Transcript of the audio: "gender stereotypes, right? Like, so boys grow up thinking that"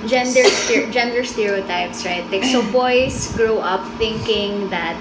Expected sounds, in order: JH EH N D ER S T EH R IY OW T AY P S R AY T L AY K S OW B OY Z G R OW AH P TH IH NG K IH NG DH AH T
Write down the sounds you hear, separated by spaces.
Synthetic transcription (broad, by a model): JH EH N D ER S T EH R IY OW T AY P S R AY T L AY K S OW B OY S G R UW AH P TH IH NG K IH NG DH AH T